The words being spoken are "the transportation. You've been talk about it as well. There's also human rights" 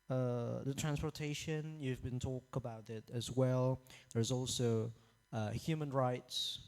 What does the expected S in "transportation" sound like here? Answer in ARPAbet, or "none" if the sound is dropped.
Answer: S